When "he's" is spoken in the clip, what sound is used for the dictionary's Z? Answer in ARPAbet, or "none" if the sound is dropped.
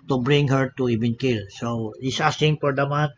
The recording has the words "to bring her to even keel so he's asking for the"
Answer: S